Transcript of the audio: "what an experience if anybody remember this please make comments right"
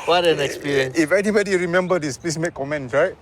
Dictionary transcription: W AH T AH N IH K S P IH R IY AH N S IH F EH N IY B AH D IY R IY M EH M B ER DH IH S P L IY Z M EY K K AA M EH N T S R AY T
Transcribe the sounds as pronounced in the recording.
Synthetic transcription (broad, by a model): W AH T AH N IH K S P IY R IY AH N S IH F EH N IY B AH D IY R IY M EH M B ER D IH S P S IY M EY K K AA M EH N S R AY T